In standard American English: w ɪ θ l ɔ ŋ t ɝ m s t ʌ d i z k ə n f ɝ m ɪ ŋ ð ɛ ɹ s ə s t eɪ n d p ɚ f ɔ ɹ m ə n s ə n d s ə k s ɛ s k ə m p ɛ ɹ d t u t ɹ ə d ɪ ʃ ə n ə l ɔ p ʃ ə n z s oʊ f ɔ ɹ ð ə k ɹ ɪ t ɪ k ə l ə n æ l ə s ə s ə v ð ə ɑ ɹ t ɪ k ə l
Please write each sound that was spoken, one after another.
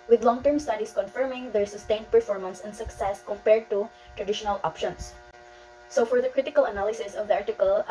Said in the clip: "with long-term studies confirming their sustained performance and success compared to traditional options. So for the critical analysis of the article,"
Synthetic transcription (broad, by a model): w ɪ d l ɔ ŋ t ɝ m s t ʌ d i s k ə n f ɝ m ɪ ŋ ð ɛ ɹ s ə s t eɪ n d p ɚ f ɔ ɹ m ə n s ə n d s ə k s ɛ s k ə m p ɛ ɹ d t u t ɹ ə d ɪ ʃ ə n ə l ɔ p ʃ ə n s s oʊ f ɔ ɹ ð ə k ɹ ɪ t ɪ k ə l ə n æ l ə s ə s ə v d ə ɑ ɹ t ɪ k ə l